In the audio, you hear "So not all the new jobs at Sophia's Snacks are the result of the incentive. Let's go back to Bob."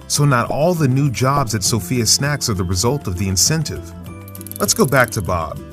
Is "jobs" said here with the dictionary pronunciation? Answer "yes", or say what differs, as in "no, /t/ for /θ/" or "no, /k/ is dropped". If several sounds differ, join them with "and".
yes